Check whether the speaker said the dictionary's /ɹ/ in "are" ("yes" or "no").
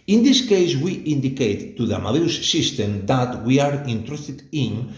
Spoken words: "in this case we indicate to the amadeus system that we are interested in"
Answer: yes